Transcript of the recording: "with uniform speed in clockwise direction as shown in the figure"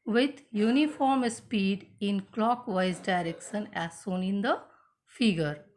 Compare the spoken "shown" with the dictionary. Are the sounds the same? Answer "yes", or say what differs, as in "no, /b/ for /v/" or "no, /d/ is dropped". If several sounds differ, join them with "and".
no, /s/ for /ʃ/